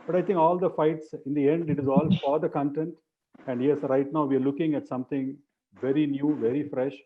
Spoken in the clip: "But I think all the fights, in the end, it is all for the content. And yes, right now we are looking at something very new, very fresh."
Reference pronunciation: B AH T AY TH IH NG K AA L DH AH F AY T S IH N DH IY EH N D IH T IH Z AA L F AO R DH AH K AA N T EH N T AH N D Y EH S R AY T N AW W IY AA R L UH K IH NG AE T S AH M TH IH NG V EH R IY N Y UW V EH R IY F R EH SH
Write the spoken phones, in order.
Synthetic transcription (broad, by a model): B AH T AY T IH NG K AA L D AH F AY T S IH N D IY EH N D IH T IH Z AA L F AO R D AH K AA N T EH N T AH N D Y EH S R AY T N AW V IY AA R L UH K IH NG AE T S AH M T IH NG V EH R IY N Y UW V EH R IY F R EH SH